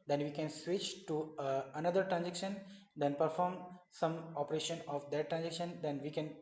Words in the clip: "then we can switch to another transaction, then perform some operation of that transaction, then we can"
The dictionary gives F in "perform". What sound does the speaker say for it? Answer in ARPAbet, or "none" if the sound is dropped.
F